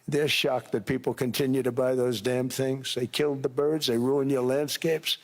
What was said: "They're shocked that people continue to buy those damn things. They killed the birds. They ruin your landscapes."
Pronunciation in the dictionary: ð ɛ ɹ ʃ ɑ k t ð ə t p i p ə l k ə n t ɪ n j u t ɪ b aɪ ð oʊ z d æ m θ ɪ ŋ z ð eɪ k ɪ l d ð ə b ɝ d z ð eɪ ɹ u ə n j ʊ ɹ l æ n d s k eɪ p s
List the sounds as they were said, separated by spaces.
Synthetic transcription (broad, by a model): ð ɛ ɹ ʃ ɑ k ð ə t p i p l k ə n t ɪ n j u t ɪ b aɪ ð oʊ z d æ m θ ɪ ŋ z ð eɪ k ɪ l d ð ə b ɝ d z ð eɪ ɹ u ə n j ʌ ɹ l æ n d s k eɪ p s